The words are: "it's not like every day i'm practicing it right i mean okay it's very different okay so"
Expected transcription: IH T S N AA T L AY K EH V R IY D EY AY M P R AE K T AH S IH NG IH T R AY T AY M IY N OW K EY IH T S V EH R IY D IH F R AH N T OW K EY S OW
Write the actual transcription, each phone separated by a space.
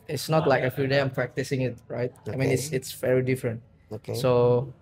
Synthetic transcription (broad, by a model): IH T S N AA T L AY K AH F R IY D EY AY M P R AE K T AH S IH NG IH T R AY T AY M IY N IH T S IH T S V EH R IY D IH F R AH N T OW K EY S OW